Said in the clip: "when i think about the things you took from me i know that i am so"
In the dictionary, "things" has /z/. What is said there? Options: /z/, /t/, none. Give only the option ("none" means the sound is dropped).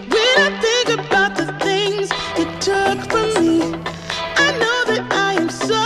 /z/